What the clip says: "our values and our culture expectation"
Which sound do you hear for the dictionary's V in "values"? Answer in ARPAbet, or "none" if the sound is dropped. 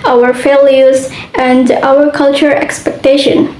F